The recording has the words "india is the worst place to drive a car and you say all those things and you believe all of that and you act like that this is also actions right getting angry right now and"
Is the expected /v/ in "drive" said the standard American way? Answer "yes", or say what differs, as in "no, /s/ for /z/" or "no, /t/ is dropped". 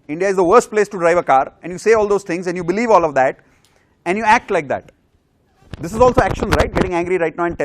yes